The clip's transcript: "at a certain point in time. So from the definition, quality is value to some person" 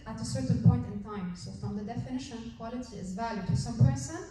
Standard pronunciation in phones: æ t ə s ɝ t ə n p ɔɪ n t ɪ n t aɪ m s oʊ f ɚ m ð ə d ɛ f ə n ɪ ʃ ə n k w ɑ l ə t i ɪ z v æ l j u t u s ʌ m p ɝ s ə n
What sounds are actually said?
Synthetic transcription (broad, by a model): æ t ə s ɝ t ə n p ɔɪ n t ɪ n t aɪ m s oʊ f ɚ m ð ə d ɛ f ə n ɪ ʃ ə n k w ɑ l ə t i ɪ z v æ l j u t u s ʌ m p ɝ s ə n